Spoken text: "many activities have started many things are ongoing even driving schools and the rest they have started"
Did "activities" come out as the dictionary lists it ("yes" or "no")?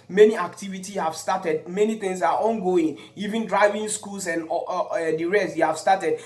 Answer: no